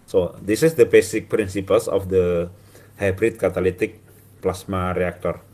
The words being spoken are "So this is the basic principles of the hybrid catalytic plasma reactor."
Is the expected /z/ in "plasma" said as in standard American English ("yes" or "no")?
no